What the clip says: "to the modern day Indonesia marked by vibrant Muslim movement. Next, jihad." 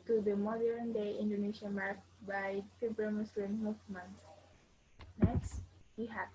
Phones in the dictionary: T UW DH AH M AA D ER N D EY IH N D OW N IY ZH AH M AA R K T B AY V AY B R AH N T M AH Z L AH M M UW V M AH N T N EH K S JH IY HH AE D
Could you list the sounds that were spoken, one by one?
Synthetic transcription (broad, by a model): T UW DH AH M AA D ER N D EY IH N D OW N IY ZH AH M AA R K B AY F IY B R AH M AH S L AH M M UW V M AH N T N EH K S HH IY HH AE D